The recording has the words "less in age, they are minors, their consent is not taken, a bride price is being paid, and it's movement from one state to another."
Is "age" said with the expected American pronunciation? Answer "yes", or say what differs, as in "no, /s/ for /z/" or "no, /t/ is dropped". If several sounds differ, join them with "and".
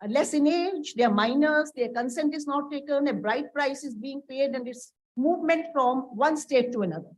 yes